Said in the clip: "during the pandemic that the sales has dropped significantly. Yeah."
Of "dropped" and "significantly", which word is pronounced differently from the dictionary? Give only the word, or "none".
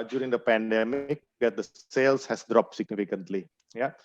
none